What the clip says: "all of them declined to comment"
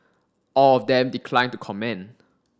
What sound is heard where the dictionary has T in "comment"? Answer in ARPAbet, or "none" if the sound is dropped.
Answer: none